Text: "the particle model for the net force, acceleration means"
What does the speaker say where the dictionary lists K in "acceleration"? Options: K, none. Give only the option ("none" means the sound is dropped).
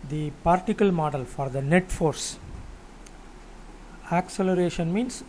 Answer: K